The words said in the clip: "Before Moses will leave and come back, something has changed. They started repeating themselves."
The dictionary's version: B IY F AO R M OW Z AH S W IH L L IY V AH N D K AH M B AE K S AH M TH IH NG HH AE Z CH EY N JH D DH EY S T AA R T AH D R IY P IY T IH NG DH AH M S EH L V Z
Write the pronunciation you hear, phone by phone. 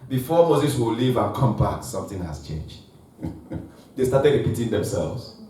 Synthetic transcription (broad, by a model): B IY F AO M OW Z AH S W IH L L IY V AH N K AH M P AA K S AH M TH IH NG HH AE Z CH EY N JH D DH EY S T AA T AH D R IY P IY T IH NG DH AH M S EH L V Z